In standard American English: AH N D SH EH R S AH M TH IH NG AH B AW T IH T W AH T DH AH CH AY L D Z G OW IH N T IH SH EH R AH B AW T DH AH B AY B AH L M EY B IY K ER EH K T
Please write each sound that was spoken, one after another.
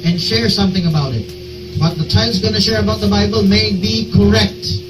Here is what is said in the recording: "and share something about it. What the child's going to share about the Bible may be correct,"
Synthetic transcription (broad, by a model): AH N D SH EH R S AH M TH IH NG AH B AW T IH T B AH T DH AH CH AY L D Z G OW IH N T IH SH EH R AH B AW T DH AH B AY B AH L M EY B IY K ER EH K T